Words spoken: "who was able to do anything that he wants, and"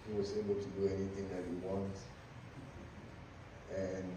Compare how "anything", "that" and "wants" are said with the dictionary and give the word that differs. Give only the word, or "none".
wants